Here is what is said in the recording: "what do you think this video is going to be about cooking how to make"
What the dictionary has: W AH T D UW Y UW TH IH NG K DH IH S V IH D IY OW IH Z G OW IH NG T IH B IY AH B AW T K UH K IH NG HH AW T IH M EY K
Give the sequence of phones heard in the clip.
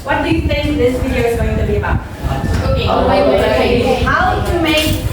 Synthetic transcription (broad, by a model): W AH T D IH Y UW TH IH NG K DH IH S V IH D IY OW IH Z G OW IH NG T IH B IY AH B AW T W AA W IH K HH AW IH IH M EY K